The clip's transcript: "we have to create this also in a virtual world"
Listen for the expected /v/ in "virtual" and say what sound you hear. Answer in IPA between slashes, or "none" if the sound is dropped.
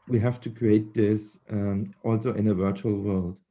/v/